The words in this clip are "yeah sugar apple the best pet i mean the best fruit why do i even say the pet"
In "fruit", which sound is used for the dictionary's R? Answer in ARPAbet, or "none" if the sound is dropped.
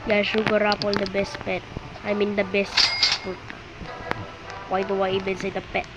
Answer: none